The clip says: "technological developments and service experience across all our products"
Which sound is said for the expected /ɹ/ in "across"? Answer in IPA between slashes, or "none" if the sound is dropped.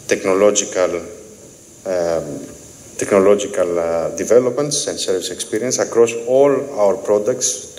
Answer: /ɹ/